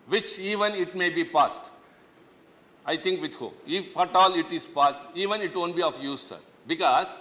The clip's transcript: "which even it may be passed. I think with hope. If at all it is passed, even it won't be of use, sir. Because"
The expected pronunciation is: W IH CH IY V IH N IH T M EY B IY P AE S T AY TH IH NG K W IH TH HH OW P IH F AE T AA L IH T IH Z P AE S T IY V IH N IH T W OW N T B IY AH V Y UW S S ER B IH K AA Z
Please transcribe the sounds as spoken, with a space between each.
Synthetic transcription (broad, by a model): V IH CH IY V IH N IH T M EY B IY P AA S T AY T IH NG K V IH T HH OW IH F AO T AA L IH T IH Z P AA S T IY V IH N IH T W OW N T B IY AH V Y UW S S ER B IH K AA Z